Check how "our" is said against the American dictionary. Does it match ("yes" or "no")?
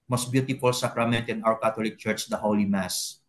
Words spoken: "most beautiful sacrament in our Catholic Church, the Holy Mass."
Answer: no